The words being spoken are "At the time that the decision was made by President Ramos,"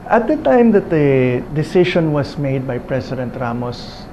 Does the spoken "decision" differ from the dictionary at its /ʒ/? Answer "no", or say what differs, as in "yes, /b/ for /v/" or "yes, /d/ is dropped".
yes, /ʃ/ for /ʒ/